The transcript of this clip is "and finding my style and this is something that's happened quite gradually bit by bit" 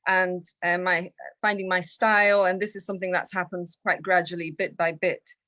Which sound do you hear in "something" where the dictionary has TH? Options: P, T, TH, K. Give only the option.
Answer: TH